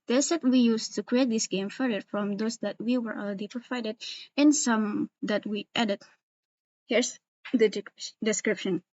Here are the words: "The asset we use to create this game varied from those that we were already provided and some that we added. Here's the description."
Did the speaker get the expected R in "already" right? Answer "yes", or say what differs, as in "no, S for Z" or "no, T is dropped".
no, L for R